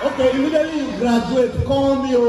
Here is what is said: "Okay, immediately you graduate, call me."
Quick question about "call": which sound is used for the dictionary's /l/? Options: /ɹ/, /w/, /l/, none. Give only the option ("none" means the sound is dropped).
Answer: /w/